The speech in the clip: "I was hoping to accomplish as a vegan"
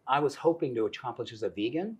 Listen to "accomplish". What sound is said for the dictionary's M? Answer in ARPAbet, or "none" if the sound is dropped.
none